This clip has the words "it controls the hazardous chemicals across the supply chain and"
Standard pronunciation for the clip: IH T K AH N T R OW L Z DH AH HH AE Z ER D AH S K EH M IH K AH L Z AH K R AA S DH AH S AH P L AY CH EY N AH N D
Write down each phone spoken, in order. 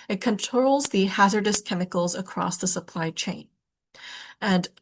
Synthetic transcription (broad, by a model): IH T K AH N T R OW L Z DH AH HH AE Z ER D AH S K EH M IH K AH L Z AH K R AA S DH AH S AH P L AY CH EY N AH N